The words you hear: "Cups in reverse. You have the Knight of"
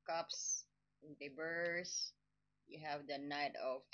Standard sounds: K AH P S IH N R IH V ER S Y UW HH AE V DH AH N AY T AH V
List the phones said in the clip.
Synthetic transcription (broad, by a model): K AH P S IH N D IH B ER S Y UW HH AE V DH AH N AY T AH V